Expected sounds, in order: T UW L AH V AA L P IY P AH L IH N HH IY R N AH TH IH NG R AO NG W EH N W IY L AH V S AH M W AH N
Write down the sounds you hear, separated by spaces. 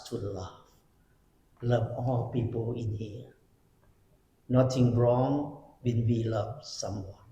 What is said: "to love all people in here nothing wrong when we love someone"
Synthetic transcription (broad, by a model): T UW L AH V AA L P IY P AH L IH N HH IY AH N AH T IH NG R AO NG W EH N W IY L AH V S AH M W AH N